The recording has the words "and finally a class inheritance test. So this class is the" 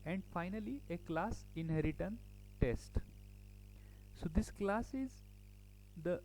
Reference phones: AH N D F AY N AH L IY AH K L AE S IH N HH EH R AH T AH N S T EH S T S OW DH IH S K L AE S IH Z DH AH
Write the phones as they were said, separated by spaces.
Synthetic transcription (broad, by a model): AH N D F AY N AH L IY AH K L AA S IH N HH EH R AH T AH N T EH S T S OW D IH S K L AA S IH Z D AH